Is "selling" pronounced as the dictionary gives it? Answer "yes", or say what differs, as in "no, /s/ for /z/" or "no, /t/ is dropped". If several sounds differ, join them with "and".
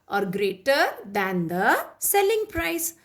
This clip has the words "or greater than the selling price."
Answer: yes